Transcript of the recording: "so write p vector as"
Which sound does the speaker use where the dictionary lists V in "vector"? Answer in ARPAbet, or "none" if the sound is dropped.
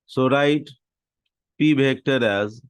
B